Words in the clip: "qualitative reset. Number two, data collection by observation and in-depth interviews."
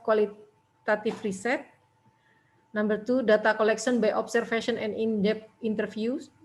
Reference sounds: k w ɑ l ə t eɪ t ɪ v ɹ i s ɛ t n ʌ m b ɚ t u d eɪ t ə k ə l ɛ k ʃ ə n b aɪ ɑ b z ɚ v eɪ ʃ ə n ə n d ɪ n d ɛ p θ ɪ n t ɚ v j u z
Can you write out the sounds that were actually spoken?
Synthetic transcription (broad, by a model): k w ɑ l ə t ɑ t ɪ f ɹ i s ɛ t n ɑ m b ɚ t u d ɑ t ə k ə l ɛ k s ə n b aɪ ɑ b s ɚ f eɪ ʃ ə n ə n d ɪ n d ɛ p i n t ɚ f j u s